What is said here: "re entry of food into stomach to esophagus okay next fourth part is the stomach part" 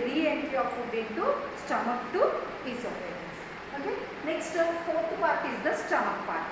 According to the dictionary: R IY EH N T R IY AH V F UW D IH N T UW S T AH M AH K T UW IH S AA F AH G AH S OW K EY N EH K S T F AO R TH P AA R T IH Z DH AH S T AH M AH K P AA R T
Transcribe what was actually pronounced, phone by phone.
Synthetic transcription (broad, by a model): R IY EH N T IY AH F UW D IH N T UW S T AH M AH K T UW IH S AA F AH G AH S OW K EY N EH K S T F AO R T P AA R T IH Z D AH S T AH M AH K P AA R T